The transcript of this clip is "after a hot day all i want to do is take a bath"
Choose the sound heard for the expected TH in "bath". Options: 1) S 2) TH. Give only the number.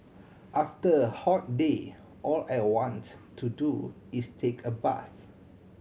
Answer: 1